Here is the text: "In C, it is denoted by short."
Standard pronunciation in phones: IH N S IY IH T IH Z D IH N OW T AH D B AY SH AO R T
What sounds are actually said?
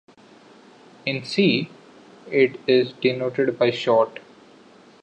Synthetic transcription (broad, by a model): IH N S IY IH T IH Z D IH N OW T AH D B AY SH AO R T